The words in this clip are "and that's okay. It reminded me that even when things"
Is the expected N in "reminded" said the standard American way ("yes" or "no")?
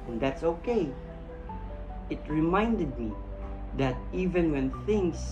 yes